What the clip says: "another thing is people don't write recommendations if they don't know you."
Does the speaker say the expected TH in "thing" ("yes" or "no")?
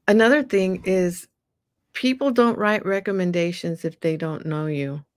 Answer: yes